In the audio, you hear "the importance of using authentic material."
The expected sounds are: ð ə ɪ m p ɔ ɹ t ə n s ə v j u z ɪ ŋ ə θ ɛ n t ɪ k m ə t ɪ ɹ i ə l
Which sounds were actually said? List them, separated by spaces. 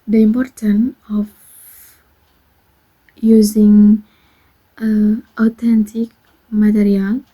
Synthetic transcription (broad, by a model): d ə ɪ m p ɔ ɹ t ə n ə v j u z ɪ ŋ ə t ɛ n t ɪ k m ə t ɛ ɹ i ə l